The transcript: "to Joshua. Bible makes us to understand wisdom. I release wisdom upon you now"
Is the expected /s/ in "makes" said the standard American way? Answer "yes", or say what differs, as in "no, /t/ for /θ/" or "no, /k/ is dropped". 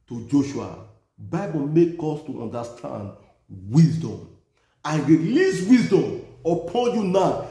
no, /s/ is dropped